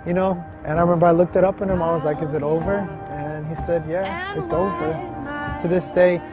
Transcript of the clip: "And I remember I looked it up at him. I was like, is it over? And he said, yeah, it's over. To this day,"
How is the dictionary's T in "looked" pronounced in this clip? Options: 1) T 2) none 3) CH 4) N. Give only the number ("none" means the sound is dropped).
1